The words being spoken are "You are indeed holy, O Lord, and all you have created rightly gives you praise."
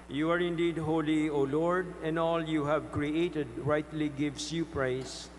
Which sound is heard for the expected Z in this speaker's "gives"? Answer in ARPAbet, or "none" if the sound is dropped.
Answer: S